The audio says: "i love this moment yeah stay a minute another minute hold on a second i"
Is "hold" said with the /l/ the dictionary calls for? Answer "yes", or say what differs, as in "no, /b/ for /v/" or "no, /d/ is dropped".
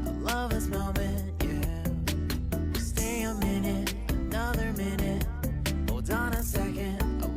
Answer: no, /l/ is dropped